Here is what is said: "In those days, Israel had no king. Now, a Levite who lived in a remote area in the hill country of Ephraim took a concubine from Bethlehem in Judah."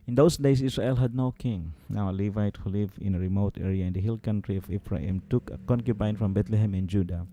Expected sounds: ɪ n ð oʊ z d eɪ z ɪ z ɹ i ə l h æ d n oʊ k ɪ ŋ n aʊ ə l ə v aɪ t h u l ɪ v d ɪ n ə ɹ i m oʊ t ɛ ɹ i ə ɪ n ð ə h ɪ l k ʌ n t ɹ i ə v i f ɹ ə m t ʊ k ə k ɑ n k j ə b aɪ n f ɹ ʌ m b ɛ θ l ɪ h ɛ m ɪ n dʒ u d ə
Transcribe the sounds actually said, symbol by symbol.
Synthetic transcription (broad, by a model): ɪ n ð oʊ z d eɪ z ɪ s ɹ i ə l h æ d n oʊ k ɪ ŋ n aʊ ə l ə v aɪ t h u l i v ɪ n ə ɹ i m oʊ t ɛ ɹ i ə ɪ n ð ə h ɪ l k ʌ n t ɹ i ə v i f ɹ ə m t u k ə k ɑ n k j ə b aɪ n f ɹ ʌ m b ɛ t l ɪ h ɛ m ɪ n dʒ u d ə